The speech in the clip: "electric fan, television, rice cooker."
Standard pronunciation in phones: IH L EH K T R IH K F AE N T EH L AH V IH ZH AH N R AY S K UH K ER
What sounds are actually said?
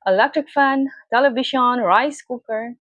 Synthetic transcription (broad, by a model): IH L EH K T R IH K F AE N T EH L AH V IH SH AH N R AY S K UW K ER